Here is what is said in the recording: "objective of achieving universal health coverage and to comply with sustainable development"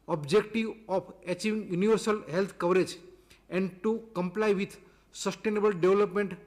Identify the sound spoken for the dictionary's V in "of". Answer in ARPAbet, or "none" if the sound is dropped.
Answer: P